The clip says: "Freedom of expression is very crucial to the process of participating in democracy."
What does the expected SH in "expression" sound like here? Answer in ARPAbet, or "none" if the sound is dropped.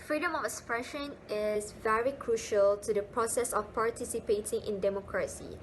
SH